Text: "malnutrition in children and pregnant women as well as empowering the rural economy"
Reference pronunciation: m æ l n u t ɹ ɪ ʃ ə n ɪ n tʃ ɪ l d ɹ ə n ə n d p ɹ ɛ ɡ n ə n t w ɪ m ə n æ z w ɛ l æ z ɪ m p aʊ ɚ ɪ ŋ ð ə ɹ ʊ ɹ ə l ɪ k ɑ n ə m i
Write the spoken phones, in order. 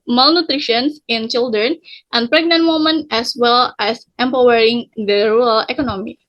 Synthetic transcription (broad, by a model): m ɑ l n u t ɹ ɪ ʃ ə n ɪ n tʃ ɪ l d ɹ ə n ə n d p ɹ ɛ ɡ n ə n t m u m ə n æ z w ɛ l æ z ɪ m p aʊ ɚ ɪ ŋ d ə ɹ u ɹ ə l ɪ k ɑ n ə m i